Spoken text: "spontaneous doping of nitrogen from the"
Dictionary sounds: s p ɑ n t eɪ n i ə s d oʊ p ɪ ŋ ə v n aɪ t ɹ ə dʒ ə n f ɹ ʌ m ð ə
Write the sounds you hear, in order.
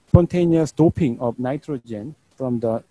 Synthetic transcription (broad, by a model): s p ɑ n t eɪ n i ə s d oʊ p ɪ ŋ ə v n aɪ t ɹ ə dʒ ə n f ɹ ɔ m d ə